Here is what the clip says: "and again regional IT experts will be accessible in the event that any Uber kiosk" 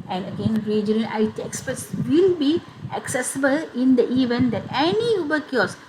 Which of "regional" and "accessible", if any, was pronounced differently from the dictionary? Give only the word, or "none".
regional